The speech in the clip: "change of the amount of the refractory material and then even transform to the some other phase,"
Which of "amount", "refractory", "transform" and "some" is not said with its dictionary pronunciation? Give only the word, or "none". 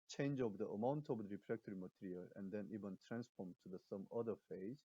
refractory